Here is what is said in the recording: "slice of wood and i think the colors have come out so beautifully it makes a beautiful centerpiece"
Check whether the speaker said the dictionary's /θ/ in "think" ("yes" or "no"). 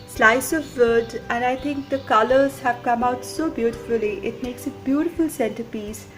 no